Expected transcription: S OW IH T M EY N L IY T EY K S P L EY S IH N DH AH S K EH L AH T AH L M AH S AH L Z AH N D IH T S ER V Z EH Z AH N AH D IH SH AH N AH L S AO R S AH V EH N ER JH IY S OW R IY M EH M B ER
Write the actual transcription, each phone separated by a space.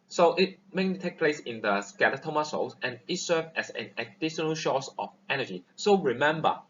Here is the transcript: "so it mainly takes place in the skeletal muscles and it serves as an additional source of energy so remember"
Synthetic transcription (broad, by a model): S OW IH T M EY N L IY T EY K P L EY S IH N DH AH S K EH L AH T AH M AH S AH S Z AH N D IH T S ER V EH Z AH N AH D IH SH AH N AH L SH AO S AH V EH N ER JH IY S OW R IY M EH M B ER